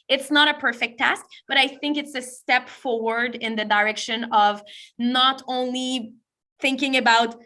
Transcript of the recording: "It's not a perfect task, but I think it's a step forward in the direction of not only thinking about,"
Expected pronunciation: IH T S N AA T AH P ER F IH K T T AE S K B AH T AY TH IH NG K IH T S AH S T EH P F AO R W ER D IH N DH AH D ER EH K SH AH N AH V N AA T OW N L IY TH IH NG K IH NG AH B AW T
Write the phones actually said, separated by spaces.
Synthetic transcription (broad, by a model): IH T S N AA T AH P ER F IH K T T AE S K B AH T AY TH IH NG K IH T S AH S T EH P F AO R W ER D IH N DH AH D ER EH K SH AH N AH V N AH T OW N L IY TH IH NG K IH NG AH B AW T